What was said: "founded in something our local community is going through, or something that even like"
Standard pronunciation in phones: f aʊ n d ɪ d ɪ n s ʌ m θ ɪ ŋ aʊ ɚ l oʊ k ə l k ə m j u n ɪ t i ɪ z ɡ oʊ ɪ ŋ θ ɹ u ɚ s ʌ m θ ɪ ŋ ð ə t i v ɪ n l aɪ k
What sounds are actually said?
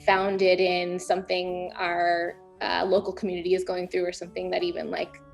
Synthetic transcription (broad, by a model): f aʊ n d ɪ d ɪ n s ʌ m θ ɪ ŋ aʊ ɚ l oʊ k l k m j u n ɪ t i ɪ z ɡ oʊ ɪ ŋ θ ɹ u ɚ s ʌ m θ ɪ ŋ ð ə t i v ɪ n l aɪ k